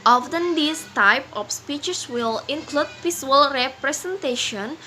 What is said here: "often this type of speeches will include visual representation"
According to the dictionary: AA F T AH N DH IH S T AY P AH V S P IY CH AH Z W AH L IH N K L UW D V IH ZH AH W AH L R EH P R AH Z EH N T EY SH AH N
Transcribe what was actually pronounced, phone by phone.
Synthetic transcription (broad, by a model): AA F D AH N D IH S T AY P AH F S P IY CH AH S W AH L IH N K L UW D P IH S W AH L R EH P R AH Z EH N T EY SH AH N